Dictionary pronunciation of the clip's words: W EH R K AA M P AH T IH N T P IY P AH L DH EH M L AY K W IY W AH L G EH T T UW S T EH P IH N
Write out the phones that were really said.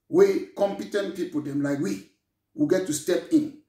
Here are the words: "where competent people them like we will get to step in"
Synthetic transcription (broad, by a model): W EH K AA M P AH T IH N T P IY P AH L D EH M L AY K W IY W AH G EH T T UW S T EH P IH N